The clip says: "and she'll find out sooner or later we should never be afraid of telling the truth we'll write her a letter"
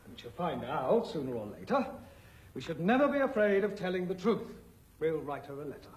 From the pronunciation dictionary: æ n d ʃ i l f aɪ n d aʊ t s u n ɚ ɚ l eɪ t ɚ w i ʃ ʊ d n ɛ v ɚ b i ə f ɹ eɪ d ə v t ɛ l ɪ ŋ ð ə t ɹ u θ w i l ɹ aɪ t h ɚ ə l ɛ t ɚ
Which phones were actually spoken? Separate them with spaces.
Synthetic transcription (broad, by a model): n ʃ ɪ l f aɪ n d aʊ t s u n ɚ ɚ l eɪ t ɚ w i ʃ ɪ d n ɛ v ɚ b i ə f ɹ eɪ d ə v t ɛ l ɪ ŋ ð ə t ɹ u θ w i l ɹ aɪ t h ɚ ə l ɛ t ɚ